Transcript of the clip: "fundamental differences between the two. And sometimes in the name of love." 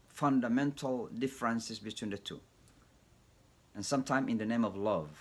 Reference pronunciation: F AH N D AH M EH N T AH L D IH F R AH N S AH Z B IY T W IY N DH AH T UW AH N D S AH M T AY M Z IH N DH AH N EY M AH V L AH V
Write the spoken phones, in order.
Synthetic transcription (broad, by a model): F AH N D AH M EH N T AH L D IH F R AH N S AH S B IY T W IY N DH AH T UW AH N S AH M T AY M IH N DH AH N EY M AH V L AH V